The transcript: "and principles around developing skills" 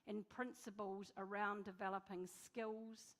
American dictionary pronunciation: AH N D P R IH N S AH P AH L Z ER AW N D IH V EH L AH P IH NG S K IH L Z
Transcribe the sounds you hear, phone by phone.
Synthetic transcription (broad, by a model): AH N P R IH N S AH P AH L Z ER AW N D IH V EH L AH P IH NG S K IH L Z